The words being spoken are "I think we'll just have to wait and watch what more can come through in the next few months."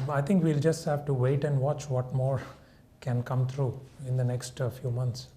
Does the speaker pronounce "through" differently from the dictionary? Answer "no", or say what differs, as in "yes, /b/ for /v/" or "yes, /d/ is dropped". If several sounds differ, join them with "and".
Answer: yes, /t/ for /θ/